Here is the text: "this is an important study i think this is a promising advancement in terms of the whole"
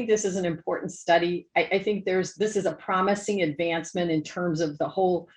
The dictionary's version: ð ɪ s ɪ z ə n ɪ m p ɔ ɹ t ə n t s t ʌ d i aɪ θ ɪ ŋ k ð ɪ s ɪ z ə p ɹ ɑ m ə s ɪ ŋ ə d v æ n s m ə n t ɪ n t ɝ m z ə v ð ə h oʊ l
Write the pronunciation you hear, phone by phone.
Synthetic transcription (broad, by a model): ð ɪ s ɪ z n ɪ m p ɔ ɹ t n t s t ʌ d i aɪ θ ɪ ŋ k ð ɪ s ɪ z ə p ɹ ɑ m ə s ɪ ŋ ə d v æ n s m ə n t ɪ n t ɝ m z ə v ð ə h oʊ l